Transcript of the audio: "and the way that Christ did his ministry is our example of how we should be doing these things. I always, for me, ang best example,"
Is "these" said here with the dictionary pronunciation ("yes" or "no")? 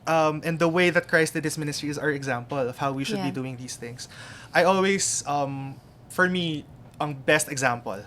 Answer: no